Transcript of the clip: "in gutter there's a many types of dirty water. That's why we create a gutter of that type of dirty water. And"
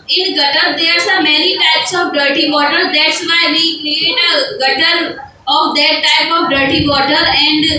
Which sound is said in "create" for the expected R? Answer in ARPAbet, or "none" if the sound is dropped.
L